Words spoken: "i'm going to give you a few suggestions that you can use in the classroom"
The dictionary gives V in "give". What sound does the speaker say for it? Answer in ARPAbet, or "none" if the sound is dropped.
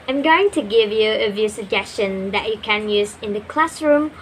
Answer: V